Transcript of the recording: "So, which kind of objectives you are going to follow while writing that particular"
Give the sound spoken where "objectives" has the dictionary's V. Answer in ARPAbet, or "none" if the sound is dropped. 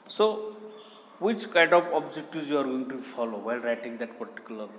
none